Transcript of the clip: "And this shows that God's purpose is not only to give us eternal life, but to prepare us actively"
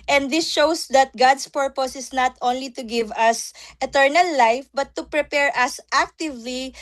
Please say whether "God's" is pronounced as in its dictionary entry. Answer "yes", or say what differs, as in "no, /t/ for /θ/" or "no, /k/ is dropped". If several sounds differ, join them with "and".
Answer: no, /s/ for /z/